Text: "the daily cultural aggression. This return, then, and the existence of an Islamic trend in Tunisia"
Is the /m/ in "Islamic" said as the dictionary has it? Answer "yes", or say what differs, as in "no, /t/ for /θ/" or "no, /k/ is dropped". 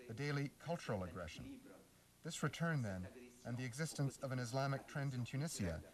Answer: yes